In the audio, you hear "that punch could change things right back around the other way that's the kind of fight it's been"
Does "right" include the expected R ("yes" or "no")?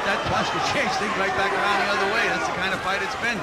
no